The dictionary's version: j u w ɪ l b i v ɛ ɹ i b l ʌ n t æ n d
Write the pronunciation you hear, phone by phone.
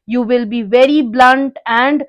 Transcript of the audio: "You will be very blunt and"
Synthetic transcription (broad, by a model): j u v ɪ l b i v ɛ ɹ i b l ʌ n t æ n d